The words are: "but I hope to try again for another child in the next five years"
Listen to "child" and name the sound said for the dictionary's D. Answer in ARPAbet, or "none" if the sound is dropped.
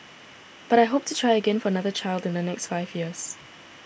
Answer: D